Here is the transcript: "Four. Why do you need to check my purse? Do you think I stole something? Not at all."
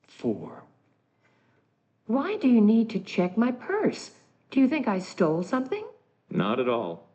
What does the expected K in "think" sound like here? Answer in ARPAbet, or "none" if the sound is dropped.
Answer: K